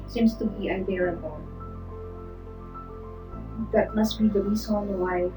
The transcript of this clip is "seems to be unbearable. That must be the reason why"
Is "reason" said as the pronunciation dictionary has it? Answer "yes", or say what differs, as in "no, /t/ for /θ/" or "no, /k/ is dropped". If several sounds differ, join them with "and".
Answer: no, /s/ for /z/